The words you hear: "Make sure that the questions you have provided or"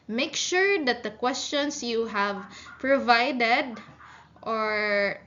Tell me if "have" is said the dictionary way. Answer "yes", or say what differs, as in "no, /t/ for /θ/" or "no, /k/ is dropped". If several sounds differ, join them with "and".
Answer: yes